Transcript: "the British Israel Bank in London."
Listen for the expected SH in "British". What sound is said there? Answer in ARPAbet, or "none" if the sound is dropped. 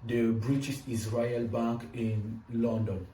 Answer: S